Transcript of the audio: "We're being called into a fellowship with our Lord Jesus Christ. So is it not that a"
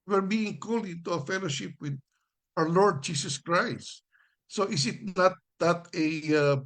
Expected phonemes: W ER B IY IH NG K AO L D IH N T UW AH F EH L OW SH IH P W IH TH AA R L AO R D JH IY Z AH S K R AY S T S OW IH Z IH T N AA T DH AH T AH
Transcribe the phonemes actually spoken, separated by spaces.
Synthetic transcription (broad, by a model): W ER B IY IH NG K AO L IH T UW AH F EH L OW SH IH P W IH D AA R L AO R D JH IY S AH S K R AY S T S OW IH S IH T N AA T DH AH T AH